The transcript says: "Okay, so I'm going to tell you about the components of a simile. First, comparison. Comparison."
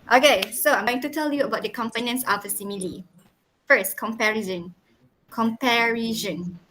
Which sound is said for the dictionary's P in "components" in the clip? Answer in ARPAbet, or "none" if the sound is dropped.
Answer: F